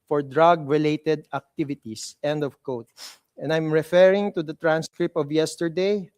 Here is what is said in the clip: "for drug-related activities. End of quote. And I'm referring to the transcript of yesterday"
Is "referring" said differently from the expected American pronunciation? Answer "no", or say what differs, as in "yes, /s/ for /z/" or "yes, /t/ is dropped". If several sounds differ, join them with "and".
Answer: no